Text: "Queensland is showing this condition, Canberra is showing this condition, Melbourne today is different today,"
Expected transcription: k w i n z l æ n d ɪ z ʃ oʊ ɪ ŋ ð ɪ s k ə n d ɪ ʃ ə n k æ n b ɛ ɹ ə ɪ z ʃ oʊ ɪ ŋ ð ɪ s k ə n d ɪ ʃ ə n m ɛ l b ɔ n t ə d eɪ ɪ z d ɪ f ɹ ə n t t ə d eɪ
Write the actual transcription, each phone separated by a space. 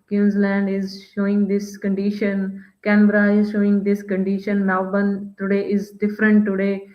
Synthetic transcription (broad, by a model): k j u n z l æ n d ɪ z ʃ oʊ ɪ ŋ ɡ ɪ s k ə n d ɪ ʃ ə n k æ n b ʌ ɹ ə ɪ z ʃ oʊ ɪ ŋ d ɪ s k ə n d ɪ ʃ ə n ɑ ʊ b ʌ n t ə d eɪ ɪ z d ɪ f ɹ ə n t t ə d eɪ